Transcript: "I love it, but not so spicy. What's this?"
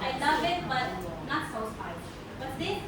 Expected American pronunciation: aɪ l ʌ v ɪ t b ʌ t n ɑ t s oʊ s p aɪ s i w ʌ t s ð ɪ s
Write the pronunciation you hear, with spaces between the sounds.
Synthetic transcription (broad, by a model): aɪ l ʌ v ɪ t b ʌ t n ɑ t s oʊ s aɪ i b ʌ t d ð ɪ